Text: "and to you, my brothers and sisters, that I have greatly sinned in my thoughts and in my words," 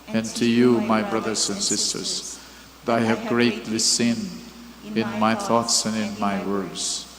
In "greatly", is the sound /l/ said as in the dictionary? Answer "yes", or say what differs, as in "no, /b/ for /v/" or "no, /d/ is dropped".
yes